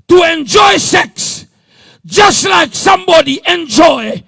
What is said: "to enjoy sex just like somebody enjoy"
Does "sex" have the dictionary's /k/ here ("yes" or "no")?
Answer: yes